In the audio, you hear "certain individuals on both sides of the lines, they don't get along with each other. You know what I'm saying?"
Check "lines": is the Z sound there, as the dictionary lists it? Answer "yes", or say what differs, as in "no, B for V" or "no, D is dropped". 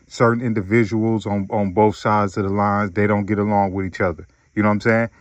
yes